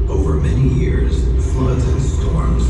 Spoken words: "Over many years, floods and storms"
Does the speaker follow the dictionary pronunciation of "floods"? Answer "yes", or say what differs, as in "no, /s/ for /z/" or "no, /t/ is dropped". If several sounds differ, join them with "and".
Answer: yes